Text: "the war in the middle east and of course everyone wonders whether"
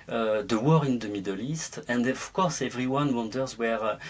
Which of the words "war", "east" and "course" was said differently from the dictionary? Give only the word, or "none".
none